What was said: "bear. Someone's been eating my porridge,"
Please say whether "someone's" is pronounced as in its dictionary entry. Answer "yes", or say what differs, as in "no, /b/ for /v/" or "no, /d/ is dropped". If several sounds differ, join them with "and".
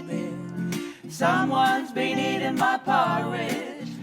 yes